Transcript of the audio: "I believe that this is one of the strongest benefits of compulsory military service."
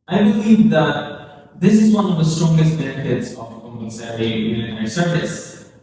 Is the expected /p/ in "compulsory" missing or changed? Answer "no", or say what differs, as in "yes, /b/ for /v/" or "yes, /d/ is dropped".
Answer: yes, /p/ is dropped